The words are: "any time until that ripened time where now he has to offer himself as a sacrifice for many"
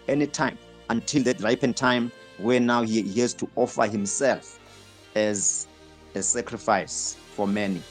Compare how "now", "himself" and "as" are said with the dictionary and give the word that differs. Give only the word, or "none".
none